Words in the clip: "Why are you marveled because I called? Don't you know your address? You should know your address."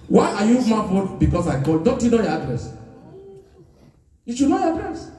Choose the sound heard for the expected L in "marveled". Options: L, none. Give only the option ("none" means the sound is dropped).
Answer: none